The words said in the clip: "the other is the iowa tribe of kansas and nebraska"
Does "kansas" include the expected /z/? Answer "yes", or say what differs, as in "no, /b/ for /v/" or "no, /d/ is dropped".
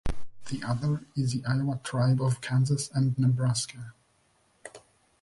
yes